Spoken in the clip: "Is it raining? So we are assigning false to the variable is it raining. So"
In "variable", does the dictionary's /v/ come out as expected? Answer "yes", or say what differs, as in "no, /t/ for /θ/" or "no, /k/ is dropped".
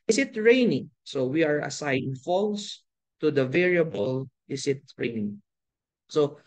yes